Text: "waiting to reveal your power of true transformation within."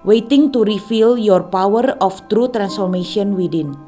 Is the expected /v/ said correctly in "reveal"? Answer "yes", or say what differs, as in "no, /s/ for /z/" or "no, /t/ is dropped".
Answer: no, /f/ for /v/